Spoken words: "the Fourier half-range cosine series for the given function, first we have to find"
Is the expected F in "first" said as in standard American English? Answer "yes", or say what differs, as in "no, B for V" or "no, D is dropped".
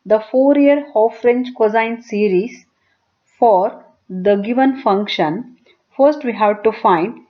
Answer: yes